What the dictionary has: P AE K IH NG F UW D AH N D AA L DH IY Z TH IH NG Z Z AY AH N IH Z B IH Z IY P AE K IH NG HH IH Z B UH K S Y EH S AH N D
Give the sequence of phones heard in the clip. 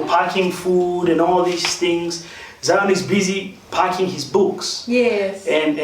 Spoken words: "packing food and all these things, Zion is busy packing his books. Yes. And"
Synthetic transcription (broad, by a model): P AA K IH NG F UW D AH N AA L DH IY S TH IH NG Z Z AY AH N IH Z B IH Z IY P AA K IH NG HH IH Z B UH K S Y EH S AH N